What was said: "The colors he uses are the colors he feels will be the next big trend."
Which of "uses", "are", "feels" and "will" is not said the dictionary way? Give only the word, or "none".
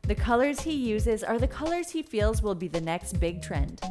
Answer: none